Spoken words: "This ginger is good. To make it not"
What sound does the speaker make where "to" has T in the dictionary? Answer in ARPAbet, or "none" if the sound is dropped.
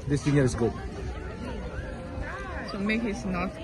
S